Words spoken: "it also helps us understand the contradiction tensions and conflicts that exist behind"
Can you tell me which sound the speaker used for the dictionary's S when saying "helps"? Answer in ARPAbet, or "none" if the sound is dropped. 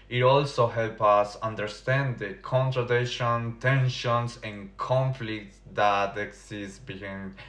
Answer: none